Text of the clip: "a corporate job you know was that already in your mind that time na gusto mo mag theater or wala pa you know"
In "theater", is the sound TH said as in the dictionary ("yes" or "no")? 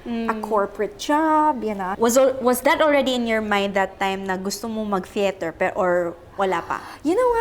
no